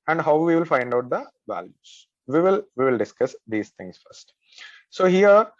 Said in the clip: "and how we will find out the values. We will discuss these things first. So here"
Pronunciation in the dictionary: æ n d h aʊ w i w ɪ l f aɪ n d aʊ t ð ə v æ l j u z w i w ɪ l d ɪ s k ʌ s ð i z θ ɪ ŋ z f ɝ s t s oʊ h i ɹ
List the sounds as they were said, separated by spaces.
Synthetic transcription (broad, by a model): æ n d h aʊ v i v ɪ l f aɪ n d aʊ t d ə v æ l j u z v i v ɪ l d ɪ s k ʌ s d i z t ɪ ŋ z f ɝ s t s oʊ h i ɹ